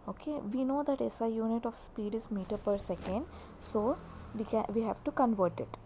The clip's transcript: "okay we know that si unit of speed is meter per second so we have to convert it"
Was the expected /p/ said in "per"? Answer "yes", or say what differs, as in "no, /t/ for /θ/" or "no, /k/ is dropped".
yes